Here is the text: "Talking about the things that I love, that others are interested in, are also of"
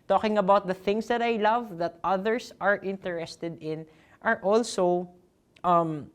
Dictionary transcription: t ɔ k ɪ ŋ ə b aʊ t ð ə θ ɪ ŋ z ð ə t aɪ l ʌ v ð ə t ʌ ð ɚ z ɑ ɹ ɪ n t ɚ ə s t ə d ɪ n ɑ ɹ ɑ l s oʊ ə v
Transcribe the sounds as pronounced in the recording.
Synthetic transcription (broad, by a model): t ɔ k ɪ ŋ ə b aʊ t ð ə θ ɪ ŋ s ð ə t aɪ l ʌ v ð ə t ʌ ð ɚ s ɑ ɹ ɪ n t ɚ ə s t ə d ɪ n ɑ ɹ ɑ l s oʊ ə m